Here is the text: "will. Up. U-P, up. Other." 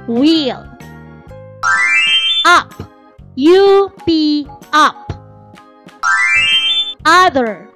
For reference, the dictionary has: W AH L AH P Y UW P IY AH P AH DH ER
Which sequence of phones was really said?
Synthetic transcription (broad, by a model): W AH L AH P Y UW B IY AH P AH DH ER